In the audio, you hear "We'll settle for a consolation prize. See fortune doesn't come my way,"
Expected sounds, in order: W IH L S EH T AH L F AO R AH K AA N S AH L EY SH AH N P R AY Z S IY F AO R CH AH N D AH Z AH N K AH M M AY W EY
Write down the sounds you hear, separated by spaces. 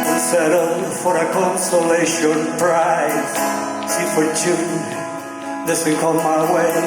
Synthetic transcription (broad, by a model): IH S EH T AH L F AO R AH K AA N S AH L EY SH AH N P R AY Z S IY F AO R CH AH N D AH S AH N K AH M M AY W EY